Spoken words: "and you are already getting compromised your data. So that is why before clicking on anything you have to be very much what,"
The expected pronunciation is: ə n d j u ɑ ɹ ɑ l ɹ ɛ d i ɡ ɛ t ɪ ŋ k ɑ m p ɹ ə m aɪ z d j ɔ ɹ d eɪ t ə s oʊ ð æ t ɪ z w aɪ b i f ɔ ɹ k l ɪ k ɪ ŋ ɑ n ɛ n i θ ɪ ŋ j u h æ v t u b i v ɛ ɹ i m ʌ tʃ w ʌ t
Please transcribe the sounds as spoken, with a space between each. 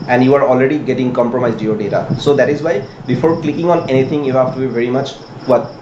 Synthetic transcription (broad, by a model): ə n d j u ɑ ɹ ɑ l ɹ ɛ d i ɡ ɛ t ɪ ŋ k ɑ m p ɹ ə m aɪ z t j ɔ ɹ d eɪ t ə s oʊ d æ t ɪ z w aɪ b i f ɔ ɹ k l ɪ k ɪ ŋ ɑ n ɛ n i t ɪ ŋ j u h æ f t u b i v ɛ ɹ i m ʌ tʃ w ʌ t